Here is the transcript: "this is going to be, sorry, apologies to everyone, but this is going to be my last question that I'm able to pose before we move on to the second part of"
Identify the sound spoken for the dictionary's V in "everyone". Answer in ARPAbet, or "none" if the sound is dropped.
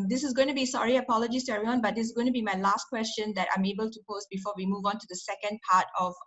none